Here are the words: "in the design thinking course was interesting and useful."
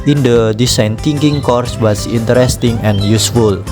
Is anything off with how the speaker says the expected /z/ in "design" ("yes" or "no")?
yes